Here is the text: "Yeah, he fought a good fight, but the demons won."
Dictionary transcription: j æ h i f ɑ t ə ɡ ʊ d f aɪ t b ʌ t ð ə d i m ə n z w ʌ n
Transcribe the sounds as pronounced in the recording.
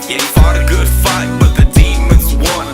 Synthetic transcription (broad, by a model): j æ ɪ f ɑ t ə ɡ ʊ d f aɪ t b ʌ t ð ə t i m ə z w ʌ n